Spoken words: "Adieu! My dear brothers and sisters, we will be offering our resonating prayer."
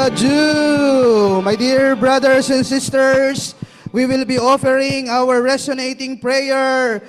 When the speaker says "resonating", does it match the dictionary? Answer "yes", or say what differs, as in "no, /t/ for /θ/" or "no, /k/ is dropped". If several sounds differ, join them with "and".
no, /s/ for /z/